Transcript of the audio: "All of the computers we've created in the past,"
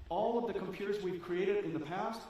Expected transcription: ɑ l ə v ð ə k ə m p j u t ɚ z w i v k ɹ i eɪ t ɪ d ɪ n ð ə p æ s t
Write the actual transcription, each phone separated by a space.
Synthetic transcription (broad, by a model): ɑ l ə v ð ə k ə m p j u t ɚ z w i v k ɹ i eɪ t ɪ d ɪ n ð ə p æ s t